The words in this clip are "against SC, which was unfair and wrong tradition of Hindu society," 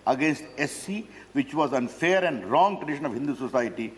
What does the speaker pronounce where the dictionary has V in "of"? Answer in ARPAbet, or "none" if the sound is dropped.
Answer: V